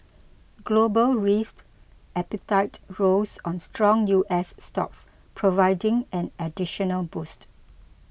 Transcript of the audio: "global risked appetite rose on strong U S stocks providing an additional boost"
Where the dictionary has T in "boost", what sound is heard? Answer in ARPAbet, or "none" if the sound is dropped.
T